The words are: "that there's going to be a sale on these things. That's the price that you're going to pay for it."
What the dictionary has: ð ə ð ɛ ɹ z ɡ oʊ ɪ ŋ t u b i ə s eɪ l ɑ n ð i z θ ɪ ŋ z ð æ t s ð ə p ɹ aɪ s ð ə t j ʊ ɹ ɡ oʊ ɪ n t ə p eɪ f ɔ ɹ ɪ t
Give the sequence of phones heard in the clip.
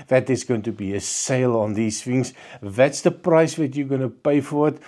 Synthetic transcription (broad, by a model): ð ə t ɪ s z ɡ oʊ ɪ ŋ t u b i ə s eɪ l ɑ n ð i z f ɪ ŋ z ð æ t s ð ə p ɹ aɪ s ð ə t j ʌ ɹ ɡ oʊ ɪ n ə p eɪ f ɔ ɹ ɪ t